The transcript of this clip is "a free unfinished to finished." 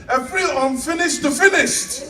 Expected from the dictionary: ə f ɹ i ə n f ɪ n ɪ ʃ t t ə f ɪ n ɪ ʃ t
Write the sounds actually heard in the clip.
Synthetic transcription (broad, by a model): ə p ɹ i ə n f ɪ n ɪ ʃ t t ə f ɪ n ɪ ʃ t